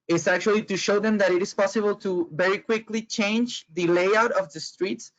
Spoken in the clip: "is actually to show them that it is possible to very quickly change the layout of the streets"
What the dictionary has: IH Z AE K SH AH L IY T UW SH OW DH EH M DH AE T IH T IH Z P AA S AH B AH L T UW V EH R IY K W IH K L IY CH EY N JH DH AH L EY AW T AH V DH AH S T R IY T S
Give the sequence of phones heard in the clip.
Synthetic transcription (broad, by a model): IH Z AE K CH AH L IY T UW SH OW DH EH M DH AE T IH T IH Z P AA S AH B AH L T UW V EH R IY K W IH K L IY CH EY N JH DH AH L EY AW T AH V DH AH S T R IY T S